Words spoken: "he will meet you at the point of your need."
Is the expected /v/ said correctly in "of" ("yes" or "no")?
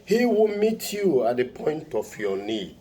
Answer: no